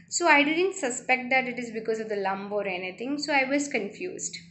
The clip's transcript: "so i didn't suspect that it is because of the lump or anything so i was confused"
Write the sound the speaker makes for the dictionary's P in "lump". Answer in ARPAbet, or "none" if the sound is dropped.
B